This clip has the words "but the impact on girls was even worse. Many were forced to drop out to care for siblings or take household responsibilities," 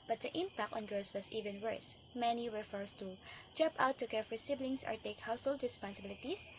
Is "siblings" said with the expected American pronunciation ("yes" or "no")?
no